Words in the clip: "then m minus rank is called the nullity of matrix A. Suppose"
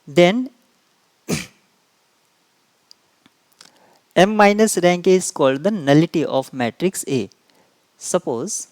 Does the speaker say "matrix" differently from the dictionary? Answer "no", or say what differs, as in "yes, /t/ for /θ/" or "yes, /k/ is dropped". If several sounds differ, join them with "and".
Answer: no